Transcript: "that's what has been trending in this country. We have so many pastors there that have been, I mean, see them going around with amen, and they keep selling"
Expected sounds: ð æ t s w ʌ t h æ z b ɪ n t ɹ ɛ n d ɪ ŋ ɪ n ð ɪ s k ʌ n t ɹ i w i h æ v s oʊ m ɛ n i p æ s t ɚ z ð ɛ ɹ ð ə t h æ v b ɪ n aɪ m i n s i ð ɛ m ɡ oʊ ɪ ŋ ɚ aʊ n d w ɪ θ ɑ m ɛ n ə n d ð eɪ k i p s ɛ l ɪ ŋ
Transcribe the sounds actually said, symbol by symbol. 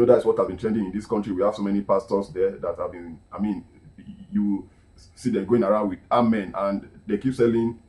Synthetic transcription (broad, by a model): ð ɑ t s w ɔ t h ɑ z b ɪ n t ɹ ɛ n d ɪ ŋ ɪ n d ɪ s k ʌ n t ɹ i w i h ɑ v s oʊ m ɛ n i p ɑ s t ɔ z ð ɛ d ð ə t h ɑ v b ɪ n aɪ m i n s i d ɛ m ɡ oʊ ɪ ŋ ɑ aʊ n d w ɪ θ ɑ m ɛ n ə n d eɪ k i p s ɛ l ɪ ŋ